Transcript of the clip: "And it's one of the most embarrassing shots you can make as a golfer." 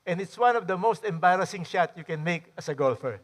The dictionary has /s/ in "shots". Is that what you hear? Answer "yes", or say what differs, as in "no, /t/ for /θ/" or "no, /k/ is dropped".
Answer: no, /s/ is dropped